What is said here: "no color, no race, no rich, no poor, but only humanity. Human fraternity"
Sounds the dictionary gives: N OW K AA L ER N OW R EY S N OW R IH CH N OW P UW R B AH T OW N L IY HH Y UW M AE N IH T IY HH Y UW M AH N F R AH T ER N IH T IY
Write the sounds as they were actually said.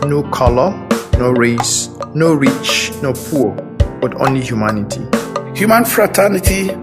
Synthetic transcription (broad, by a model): N OW K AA L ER N OW R EY S N OW R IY CH N OW P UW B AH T OW N L IY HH Y UW M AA N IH T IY HH Y UW M AH N F R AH T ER N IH T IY